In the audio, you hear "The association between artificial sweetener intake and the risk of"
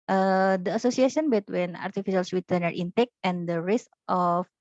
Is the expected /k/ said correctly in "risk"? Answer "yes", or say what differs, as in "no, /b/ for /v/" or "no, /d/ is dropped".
no, /k/ is dropped